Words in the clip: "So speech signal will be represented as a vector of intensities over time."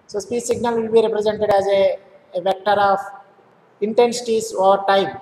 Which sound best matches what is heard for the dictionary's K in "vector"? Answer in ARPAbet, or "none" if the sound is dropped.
K